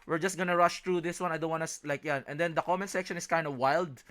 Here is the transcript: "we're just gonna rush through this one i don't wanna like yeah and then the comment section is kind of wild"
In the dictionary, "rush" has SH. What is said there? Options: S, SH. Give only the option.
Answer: SH